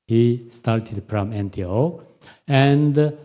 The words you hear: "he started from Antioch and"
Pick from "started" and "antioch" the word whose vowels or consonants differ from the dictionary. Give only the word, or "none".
antioch